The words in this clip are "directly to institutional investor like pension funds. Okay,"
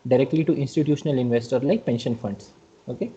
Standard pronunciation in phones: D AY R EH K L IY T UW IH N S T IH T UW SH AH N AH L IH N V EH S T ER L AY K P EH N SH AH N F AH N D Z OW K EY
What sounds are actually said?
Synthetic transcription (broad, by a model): D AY R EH K L IY T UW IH N S T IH T UW SH AH N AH L IH N V EH S T ER L AY K P EH N SH AH N F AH N D S OW K EY